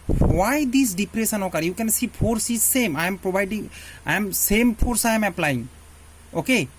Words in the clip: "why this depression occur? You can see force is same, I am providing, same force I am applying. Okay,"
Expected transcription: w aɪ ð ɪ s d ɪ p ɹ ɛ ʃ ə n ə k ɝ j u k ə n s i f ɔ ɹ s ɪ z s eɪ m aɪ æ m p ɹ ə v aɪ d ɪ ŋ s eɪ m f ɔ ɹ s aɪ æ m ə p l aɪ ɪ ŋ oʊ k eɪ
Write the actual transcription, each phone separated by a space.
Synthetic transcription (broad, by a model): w aɪ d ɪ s d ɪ p ɹ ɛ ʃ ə n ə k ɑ j u k ə n s i p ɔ ɹ s ɪ z s eɪ m aɪ m p ɹ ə b aɪ d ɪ ŋ s eɪ m p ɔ ɹ s aɪ m ə p l aɪ ɪ ŋ oʊ k eɪ